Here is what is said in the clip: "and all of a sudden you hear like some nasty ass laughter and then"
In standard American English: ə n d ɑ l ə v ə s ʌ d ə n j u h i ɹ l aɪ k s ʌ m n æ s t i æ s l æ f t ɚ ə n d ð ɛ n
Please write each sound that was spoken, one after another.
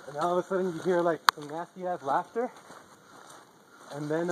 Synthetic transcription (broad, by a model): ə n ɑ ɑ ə w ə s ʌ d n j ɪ h i ɹ l aɪ k s ʌ m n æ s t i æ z l æ f t ɚ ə n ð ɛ n